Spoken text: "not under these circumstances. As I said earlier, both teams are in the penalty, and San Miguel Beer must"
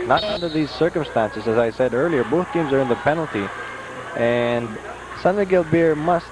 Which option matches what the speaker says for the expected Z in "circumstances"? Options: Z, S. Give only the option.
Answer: Z